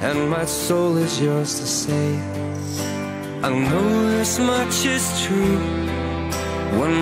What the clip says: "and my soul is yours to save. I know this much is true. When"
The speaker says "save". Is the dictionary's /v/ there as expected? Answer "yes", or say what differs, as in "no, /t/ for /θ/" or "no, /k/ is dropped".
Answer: no, /v/ is dropped